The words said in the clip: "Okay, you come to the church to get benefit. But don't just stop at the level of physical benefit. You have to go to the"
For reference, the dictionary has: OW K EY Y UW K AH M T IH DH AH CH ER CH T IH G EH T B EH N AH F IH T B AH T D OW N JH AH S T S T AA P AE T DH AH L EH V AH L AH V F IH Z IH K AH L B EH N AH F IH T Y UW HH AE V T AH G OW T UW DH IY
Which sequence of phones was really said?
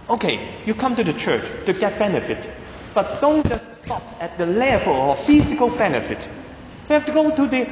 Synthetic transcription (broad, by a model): OW K EY Y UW K AH M T IH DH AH CH ER CH T IH G EH T B EH N AH F IH T B AH T D OW N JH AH S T S T AA P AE T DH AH L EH F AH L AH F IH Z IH K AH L B EH N AH F IH T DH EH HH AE F T AH G OW T UW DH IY